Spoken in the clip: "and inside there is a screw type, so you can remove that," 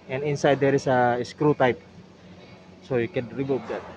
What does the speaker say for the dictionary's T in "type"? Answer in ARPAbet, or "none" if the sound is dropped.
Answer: T